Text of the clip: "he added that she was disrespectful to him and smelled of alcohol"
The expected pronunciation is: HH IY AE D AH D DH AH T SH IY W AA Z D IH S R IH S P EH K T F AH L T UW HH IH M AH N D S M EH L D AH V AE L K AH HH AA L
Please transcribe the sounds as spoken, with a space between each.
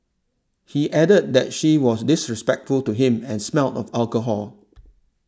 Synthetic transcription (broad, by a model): HH IY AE D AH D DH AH T SH IY W AA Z D IH S R IH S P EH K T F AH L T UW HH IH M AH N S M EH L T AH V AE L K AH HH AA L